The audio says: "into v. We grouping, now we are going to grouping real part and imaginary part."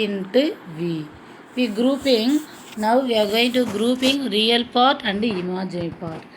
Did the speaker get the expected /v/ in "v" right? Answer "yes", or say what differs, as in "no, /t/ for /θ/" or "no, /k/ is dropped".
yes